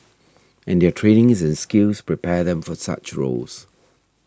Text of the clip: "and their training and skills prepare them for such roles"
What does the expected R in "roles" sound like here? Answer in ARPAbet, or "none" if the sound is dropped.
R